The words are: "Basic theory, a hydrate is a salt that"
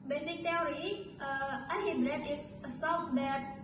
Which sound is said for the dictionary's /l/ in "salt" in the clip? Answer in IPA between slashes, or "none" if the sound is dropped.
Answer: /w/